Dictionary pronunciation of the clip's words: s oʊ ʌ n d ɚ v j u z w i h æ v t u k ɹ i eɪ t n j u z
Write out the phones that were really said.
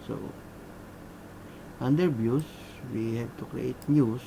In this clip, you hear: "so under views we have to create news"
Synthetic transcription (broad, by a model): s oʊ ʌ n d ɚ b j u s w i h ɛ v t u k ɹ i eɪ t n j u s